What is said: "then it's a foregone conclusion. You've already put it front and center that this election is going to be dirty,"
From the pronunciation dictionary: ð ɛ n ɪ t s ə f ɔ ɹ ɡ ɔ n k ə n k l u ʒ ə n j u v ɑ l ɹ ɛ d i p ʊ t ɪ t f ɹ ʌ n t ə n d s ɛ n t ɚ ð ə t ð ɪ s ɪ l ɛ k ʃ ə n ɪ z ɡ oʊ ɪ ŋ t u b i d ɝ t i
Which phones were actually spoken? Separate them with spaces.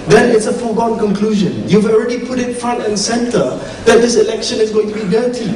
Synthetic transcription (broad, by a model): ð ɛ n ɪ t s ə f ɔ ɡ ɔ n k ə n k l u ʒ ə n j u v ɑ l ɹ ɛ d i p ʊ t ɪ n f ɹ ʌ n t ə n s ɛ n t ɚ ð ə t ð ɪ s ɪ l ɛ k ʃ ə n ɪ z ɡ oʊ ɪ ŋ t u b i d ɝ t i